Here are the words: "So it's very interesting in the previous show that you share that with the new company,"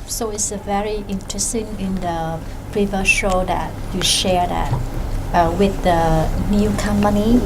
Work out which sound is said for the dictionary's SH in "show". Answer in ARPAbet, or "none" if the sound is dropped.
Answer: SH